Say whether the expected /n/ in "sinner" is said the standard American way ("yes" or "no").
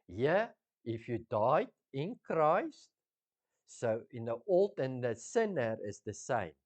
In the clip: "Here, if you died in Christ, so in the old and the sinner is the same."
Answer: yes